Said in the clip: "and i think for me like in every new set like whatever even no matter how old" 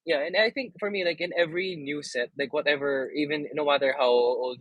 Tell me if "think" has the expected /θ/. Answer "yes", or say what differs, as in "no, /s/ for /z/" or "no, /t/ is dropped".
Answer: yes